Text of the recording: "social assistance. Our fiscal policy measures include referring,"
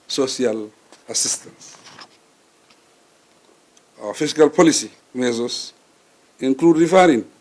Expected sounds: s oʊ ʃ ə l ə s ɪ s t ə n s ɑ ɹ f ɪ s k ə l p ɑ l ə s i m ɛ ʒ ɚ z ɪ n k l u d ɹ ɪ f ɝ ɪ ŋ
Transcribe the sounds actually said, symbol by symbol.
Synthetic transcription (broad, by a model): s oʊ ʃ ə l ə s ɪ s t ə n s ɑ f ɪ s k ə l p ɑ l ə s i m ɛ z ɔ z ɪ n k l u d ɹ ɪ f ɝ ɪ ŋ